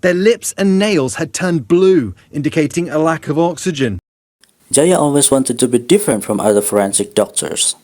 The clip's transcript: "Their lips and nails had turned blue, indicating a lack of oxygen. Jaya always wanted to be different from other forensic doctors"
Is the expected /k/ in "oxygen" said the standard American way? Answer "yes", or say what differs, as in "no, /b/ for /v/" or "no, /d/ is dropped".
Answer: yes